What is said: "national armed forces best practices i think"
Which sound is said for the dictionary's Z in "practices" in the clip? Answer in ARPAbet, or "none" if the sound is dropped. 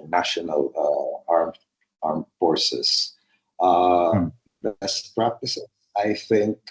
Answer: S